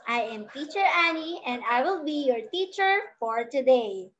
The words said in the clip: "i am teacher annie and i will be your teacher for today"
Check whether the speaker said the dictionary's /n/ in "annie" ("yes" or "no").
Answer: yes